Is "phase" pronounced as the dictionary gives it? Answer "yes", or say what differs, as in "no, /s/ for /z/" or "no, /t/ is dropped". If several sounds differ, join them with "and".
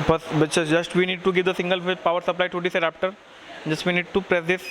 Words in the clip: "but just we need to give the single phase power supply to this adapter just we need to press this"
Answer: no, /z/ is dropped